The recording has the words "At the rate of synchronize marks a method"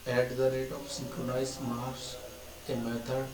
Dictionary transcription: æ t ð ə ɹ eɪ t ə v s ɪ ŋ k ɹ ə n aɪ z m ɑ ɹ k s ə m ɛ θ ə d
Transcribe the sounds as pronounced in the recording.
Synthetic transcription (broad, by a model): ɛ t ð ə ɹ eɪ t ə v s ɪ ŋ k ɹ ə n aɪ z m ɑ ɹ s ə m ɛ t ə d